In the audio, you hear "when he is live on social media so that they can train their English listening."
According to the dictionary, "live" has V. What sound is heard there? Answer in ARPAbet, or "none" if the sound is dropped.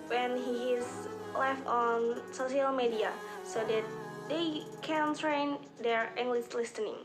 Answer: F